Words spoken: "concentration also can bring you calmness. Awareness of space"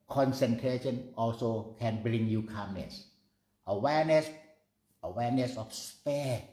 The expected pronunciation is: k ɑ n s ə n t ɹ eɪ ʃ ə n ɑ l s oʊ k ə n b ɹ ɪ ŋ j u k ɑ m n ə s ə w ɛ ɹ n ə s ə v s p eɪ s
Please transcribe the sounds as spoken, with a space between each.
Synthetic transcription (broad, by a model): k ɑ n s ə n t ɹ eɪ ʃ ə n ɑ l s oʊ k ə n b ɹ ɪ ŋ j u k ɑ m n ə s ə w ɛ w n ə s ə f s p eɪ